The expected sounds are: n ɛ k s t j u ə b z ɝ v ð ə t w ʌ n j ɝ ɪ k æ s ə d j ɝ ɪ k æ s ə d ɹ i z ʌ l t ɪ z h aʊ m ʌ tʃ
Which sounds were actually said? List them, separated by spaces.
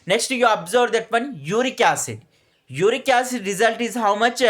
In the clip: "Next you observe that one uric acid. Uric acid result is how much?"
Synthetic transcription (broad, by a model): n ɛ k s t j u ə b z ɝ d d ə t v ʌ n j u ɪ k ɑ s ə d j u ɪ k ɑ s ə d ɹ i z ʌ l t ɪ z h aʊ m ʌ tʃ